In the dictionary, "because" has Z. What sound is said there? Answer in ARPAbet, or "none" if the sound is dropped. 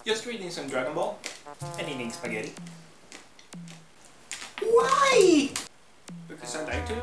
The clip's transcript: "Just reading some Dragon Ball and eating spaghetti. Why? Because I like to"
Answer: S